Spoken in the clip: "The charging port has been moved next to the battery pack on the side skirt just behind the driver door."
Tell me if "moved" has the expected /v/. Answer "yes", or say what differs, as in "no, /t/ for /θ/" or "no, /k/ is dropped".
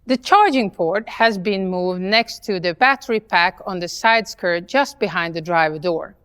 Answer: yes